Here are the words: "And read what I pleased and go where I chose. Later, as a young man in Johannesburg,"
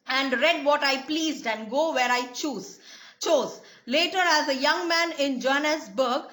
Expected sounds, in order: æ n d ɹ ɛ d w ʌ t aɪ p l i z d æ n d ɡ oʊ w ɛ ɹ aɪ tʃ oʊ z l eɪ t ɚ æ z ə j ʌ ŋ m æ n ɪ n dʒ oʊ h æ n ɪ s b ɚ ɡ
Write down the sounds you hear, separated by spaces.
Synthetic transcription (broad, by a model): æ n d ɹ ɛ d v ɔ t aɪ p l i z d æ n d ɡ oʊ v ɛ ɹ aɪ tʃ oʊ z l eɪ t ɚ æ z ə j ʌ ŋ m æ n ɪ n dʒ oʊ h n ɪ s b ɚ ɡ